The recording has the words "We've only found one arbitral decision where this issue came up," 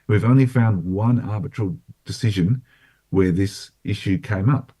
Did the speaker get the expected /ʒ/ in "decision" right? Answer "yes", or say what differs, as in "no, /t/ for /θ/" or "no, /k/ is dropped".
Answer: yes